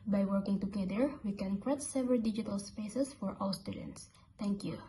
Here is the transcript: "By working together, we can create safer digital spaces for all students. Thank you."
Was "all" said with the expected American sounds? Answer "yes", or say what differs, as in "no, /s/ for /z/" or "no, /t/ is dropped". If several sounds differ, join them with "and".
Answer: no, /w/ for /l/